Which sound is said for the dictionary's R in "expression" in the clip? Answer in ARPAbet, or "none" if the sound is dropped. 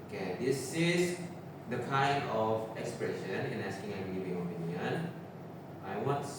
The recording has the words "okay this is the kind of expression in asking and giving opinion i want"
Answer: R